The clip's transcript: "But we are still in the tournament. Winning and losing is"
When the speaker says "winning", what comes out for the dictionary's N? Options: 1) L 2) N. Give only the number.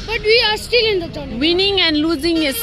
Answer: 2